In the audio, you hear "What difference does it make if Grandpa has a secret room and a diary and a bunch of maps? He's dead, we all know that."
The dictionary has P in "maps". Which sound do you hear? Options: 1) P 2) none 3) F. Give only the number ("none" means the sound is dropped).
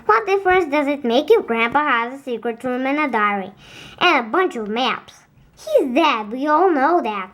1